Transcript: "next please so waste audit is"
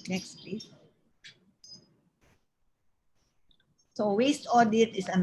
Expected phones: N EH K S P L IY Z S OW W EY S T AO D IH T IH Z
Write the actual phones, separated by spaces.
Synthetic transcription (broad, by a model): N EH K S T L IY S OW W EY S T AO D IH T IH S